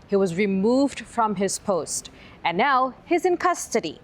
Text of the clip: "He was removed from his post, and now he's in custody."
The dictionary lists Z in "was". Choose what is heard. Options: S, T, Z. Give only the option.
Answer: Z